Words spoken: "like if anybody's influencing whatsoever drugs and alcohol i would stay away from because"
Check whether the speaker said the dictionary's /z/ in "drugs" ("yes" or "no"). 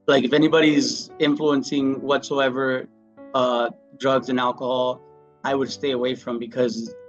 yes